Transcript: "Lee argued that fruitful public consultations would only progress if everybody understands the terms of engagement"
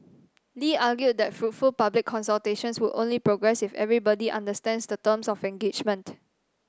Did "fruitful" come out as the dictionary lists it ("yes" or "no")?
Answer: yes